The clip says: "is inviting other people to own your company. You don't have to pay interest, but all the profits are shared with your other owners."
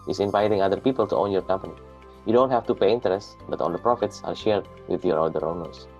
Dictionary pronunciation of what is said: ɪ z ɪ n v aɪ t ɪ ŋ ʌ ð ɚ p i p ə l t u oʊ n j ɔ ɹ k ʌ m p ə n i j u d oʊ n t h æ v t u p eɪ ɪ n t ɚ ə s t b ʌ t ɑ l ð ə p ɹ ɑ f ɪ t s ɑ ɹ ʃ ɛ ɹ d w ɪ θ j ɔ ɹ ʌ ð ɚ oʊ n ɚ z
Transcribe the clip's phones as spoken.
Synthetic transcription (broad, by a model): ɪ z ɪ n v aɪ t ɪ ŋ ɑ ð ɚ p i p ə l t u oʊ n j ɔ ɹ k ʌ m p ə n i j u d oʊ n t h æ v t u p eɪ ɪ n t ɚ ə s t b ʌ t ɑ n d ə p ɹ ɑ f ɪ t s ɑ ɹ ʃ ɛ ɹ d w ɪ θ j ɔ ɹ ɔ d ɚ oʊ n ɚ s